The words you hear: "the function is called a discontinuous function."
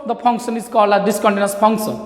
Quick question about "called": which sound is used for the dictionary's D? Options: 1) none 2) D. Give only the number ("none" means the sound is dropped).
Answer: 1